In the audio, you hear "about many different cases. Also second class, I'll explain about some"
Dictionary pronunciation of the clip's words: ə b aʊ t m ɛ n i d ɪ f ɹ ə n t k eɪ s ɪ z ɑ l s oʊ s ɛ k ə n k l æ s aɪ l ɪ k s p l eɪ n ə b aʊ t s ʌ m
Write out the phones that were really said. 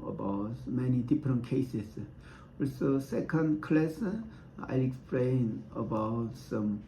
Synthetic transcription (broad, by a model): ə b aʊ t m ɛ n i d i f ɹ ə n k eɪ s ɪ s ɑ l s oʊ s ɛ k ə n k l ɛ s aɪ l ɪ k s p l eɪ n ə b aʊ t s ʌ m